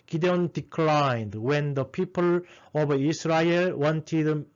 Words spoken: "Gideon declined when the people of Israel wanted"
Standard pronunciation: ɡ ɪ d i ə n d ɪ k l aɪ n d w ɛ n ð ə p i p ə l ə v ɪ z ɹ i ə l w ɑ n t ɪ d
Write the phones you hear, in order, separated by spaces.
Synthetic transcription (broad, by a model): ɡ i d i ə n d ɪ k l aɪ n d w ɛ n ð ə p i p ə l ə b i s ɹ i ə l w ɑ n t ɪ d